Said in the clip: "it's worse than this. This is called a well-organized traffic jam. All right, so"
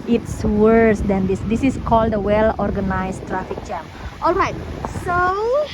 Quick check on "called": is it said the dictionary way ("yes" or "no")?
yes